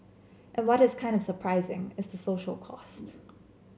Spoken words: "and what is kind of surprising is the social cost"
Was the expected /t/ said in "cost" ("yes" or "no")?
yes